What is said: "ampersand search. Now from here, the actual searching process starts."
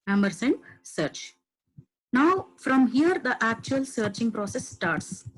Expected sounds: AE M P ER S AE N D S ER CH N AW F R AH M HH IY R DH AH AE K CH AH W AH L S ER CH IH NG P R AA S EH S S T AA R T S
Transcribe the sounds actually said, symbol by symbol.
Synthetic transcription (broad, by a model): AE M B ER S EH N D S ER CH N AW F R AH M HH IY R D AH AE K CH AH AH L S ER CH IH NG P R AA S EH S S T AA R T S